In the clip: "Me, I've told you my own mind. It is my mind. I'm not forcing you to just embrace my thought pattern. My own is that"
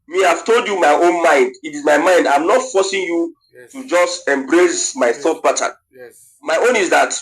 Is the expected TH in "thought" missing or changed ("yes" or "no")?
no